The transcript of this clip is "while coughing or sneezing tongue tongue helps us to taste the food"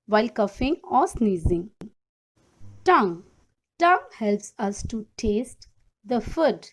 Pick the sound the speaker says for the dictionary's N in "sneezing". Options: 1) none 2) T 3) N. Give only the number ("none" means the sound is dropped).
3